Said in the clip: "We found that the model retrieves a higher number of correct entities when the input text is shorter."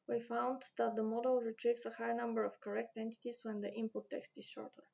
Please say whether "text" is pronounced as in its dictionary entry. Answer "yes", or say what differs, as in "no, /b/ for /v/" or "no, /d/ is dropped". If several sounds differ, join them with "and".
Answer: yes